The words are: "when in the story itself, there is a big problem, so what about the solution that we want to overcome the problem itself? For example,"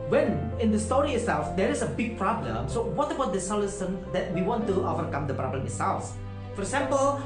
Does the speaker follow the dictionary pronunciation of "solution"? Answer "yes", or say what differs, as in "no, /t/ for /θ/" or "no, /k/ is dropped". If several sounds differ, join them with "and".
no, /s/ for /ʃ/